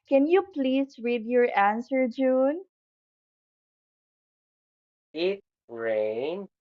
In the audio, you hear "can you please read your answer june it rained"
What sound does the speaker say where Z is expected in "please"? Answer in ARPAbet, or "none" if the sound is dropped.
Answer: S